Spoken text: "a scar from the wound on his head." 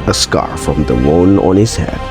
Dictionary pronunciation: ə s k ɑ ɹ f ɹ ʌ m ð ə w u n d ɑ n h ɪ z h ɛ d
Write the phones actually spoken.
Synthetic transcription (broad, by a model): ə s k ɑ ɹ f ɹ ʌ m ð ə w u n ɑ n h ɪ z h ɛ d